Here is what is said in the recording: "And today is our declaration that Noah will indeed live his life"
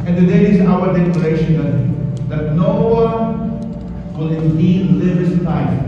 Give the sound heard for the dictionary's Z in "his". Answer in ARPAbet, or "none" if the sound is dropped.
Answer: S